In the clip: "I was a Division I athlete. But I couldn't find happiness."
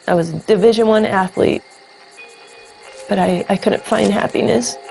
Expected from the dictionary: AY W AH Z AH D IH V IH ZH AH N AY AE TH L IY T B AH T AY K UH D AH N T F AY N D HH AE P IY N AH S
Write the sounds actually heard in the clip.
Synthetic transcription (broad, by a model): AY W AH Z AH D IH V IH ZH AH N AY AE TH L IY T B AH T AY K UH D N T F AY N D HH AE P IY N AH S